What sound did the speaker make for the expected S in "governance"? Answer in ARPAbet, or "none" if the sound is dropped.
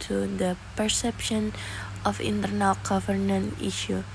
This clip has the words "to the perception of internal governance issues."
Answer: none